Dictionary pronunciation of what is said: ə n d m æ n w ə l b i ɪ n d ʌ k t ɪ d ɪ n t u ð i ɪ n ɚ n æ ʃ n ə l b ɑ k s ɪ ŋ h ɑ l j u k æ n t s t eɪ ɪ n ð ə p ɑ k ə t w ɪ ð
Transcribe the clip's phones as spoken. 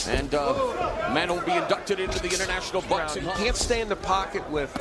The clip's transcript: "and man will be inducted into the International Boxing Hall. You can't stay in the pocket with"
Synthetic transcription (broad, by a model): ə n m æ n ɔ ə n b i ɪ n d ʌ k t ɪ d ɪ n t u ð i ɪ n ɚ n æ ʃ n l b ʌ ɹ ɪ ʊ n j k æ n t s t eɪ ɪ n ð ə p ɑ k ə t w ɪ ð